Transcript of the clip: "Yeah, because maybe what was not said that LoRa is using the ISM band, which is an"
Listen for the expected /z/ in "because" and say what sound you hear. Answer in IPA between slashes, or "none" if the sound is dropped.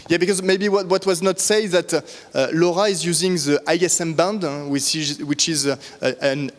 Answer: /z/